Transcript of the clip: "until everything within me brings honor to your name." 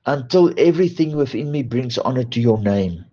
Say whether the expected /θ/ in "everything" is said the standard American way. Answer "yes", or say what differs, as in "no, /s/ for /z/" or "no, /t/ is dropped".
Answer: yes